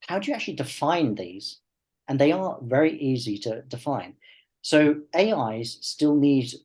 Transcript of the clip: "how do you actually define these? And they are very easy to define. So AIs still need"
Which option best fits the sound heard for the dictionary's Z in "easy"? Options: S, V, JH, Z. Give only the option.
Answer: Z